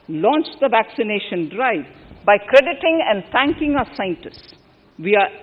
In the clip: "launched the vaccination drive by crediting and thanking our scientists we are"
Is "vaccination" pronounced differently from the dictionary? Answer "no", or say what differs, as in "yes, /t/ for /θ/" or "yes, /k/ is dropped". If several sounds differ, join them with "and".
no